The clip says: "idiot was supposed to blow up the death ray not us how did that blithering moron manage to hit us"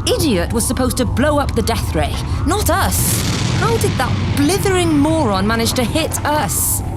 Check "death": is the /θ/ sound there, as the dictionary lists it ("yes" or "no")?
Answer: yes